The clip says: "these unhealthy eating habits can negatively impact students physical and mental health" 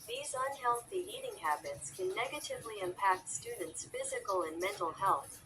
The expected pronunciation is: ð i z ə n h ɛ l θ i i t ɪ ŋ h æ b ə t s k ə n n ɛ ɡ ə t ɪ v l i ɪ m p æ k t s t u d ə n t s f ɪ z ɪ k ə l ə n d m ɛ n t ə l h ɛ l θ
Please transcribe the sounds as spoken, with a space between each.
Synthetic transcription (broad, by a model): ð i z ə n h ɛ l θ i i t ɪ ŋ h æ b ə t s k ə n n ɛ ɡ ə t ɪ v l i ɪ m p æ k t s t u d n t s f ɪ z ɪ k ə l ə n m ɛ n t l h ɛ l θ